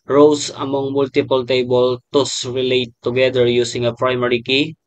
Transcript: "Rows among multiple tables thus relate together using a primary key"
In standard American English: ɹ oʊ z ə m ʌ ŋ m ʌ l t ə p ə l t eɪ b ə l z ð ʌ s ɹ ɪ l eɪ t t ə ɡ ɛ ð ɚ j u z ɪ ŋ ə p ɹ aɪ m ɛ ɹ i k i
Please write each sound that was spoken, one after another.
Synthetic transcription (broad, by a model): ɹ oʊ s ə m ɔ ŋ m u l t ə p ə l t eɪ b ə l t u s ɹ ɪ l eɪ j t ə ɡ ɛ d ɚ j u s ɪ ŋ ə p ɹ aɪ m ɛ ɹ i k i